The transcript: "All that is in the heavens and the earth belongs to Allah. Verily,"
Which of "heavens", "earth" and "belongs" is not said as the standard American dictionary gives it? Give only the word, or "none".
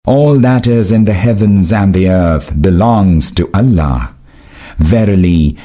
none